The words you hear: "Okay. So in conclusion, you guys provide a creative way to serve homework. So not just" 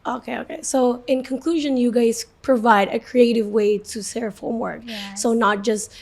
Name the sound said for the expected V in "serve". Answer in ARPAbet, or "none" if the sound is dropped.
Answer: F